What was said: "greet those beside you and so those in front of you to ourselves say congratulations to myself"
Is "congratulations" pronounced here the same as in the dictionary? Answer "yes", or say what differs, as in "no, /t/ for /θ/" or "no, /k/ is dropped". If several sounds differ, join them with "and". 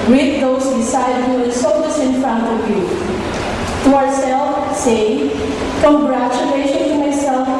no, /z/ is dropped